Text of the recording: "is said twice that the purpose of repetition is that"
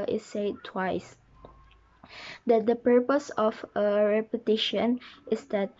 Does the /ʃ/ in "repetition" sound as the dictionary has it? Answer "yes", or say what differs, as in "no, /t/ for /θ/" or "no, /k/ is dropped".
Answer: yes